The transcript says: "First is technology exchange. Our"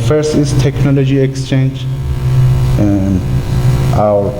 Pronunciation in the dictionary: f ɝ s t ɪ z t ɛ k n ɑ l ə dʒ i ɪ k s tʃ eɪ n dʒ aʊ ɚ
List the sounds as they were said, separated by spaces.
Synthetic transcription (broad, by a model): f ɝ s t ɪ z t ɛ k n ɑ l ə dʒ i ɪ k s tʃ eɪ n dʒ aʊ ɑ